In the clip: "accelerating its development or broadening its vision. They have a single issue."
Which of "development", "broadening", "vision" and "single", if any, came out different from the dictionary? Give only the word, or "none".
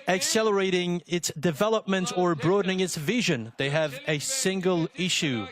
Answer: none